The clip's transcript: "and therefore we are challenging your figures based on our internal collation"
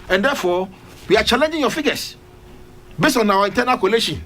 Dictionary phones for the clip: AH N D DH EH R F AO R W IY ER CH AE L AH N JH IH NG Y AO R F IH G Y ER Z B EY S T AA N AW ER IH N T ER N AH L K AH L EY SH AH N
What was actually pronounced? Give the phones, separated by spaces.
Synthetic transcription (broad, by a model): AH N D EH F AO W IY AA CH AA L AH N JH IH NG Y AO F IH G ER S B EY S T AA N AW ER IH N T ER N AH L K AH L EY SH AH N